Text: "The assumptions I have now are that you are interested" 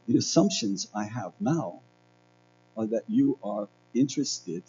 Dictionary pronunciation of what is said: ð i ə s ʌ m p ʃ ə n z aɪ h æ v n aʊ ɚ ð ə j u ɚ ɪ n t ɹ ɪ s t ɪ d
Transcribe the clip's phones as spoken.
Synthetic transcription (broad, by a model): ð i ə s ʌ m p ʃ ə n z aɪ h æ v n aʊ ɚ ð ə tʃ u ɚ ɪ n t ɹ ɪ s t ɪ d